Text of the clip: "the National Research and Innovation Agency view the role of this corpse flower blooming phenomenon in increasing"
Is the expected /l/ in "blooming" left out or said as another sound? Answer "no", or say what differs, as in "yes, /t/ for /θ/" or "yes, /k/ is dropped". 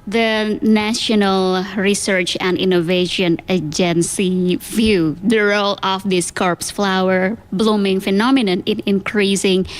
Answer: no